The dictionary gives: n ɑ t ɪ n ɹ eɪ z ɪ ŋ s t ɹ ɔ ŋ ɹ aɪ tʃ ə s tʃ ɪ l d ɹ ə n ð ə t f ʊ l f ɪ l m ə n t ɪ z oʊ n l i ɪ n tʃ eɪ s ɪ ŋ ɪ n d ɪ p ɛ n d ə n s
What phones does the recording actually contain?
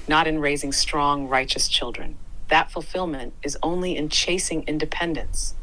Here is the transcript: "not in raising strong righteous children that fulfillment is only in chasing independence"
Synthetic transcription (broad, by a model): n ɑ t ɪ n ɹ eɪ z ɪ ŋ s t ɹ ɔ ŋ ɹ aɪ tʃ ə s tʃ ɪ l d ɹ ə n ð ə t f ʊ l f ɪ l m ə n t ɪ z oʊ n l i ɪ n tʃ eɪ s ɪ ŋ ɪ n d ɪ p ɛ n d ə n s